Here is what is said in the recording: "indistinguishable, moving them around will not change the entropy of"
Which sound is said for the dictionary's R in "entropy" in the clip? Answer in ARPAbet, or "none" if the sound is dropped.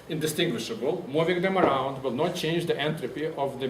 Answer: R